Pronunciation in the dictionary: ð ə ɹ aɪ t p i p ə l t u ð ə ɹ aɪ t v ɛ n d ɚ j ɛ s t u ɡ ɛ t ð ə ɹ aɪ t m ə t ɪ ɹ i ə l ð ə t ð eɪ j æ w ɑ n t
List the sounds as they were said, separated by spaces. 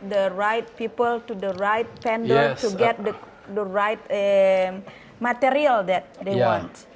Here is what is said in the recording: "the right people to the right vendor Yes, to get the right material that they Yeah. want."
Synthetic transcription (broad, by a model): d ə ɹ aɪ t p i p ə l t u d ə ɹ aɪ t p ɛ n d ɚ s t u ɡ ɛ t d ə ɹ aɪ t m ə t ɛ ɹ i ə l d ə t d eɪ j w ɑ n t